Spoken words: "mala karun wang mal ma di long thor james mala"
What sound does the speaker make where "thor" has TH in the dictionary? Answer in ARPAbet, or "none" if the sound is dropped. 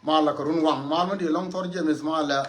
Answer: T